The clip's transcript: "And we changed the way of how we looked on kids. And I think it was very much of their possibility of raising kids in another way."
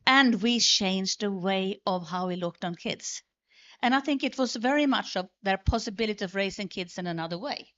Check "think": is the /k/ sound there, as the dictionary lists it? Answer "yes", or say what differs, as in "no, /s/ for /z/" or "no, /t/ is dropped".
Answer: yes